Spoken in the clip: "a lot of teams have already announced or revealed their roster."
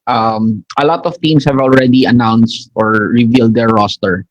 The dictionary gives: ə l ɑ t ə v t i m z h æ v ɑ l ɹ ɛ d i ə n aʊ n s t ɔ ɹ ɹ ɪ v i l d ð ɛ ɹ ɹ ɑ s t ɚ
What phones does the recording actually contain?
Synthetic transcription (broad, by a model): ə l ɑ t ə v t i m s h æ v ɑ l ɹ ɛ d i ə n aʊ n s t ɔ ɹ ɹ ɪ v i l d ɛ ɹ ɹ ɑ s t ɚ